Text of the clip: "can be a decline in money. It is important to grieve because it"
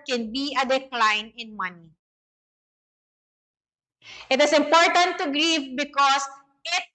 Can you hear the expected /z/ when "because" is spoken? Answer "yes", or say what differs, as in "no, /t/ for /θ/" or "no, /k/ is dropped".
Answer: no, /s/ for /z/